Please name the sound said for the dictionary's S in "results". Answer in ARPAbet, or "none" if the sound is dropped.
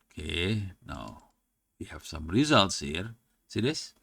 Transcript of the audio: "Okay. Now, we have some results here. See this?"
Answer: S